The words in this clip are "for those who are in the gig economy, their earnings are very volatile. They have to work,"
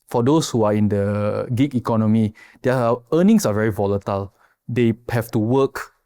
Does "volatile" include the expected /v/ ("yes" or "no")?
yes